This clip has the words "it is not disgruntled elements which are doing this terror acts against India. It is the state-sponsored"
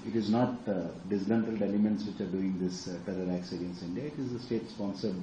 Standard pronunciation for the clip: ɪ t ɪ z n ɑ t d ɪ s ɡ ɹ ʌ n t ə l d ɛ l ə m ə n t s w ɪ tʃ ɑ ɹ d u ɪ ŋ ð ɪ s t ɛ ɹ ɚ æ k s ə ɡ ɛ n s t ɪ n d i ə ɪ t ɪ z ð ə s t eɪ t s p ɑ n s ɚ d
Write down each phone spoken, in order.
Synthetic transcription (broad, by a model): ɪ t ɪ z n ɑ t d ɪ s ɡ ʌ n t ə l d ɛ l ə m ə n t s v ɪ tʃ ɑ ɹ d u ɪ ŋ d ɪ s t ɛ ɹ ɚ æ k s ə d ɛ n s ɪ n d i ə ɪ t ɪ z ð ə s t eɪ t s p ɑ n s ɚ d